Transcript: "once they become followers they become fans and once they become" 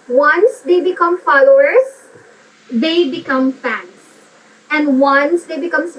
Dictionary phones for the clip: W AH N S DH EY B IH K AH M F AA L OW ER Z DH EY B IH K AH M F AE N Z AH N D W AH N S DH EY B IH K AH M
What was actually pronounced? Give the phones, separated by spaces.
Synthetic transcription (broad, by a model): W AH N S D EY B IH K AH M F AA L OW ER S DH EY B IH K AH M F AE N S AH N D W AH N S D EY B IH K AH M